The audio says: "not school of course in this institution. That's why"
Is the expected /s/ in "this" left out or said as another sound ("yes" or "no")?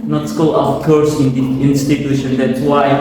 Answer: yes